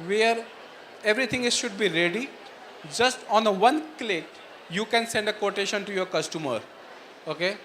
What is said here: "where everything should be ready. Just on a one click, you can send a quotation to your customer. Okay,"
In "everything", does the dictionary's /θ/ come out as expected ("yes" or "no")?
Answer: no